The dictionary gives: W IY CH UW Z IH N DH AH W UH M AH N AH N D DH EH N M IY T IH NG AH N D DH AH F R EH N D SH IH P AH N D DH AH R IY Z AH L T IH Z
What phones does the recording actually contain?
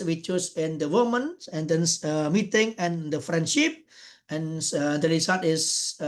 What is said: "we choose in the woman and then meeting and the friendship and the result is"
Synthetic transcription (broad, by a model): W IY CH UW S IH N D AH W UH M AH N AH N D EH N M IY T IH NG AH N D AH F R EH N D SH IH P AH N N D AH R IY S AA T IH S